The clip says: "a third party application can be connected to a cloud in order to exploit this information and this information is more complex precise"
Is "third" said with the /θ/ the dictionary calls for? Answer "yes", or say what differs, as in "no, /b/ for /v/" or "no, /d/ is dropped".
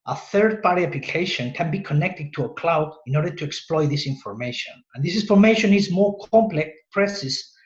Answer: yes